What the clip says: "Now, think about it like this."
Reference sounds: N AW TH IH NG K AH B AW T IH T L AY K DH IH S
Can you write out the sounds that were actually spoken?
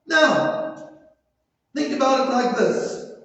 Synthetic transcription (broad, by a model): N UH TH IH NG K AH B AW T IH T L AY K DH IH S